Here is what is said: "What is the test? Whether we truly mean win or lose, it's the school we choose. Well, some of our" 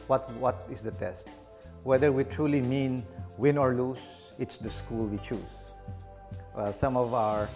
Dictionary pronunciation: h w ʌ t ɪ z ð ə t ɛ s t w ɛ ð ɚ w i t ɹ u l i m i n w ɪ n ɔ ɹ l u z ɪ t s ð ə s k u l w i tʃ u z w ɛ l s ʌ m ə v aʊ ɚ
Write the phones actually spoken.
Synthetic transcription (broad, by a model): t w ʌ t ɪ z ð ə t ɛ s t w ɛ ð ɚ w i t ɹ u l i m i n w ɪ n ɔ ɹ l u s ɪ t s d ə s k u l w i tʃ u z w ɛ l s ʌ m ə v aʊ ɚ